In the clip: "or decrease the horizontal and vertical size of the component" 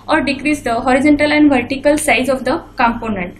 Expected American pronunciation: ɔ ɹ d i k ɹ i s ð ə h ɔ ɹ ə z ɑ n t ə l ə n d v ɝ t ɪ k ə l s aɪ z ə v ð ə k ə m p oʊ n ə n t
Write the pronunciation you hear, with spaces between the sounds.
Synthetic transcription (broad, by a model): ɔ ɹ d i k ɹ i s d ə h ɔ ɹ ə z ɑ n t ə l ə n d v ɝ t ɪ k ə l s aɪ z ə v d ə k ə m p oʊ n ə n t